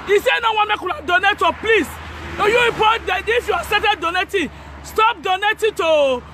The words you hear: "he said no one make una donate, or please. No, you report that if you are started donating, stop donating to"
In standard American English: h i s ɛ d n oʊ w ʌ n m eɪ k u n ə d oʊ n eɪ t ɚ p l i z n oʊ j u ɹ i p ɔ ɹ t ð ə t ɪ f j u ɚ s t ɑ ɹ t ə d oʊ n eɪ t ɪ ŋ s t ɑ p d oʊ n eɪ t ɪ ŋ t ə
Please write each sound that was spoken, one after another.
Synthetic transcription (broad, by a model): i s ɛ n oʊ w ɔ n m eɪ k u l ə d oʊ n eɪ t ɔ p l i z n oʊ j u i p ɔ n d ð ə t ɪ f j u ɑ s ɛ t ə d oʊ n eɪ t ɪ s t ɑ p d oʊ n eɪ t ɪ t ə